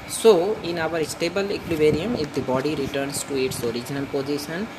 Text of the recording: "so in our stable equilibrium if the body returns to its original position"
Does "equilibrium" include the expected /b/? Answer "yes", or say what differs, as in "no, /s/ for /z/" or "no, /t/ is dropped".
no, /b/ is dropped